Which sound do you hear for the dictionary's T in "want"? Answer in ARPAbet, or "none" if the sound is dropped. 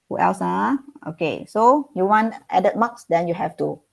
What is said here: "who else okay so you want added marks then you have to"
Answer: T